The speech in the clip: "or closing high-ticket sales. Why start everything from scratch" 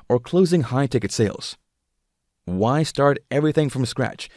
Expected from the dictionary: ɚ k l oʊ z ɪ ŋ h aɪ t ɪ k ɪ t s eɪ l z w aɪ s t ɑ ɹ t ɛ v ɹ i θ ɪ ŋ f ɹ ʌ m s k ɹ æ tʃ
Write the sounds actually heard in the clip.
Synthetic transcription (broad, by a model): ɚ k l oʊ z ɪ ŋ h aɪ t ɪ k ɪ t s eɪ l z w aɪ s t ɑ ɹ t ɛ v ɹ i θ ɪ ŋ f ɹ ʌ m s k ɹ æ tʃ